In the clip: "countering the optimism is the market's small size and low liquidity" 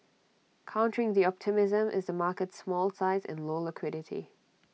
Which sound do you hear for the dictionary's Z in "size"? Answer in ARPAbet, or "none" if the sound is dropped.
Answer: Z